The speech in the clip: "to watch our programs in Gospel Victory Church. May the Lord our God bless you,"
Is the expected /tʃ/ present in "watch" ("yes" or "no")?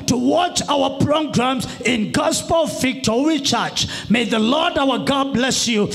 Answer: yes